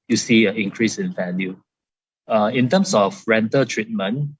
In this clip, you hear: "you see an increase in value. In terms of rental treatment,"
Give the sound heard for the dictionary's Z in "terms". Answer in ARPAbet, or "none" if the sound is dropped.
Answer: S